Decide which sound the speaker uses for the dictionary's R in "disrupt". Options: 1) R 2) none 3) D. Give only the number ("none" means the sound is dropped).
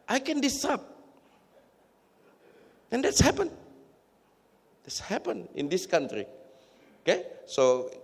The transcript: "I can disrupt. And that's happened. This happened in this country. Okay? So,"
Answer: 2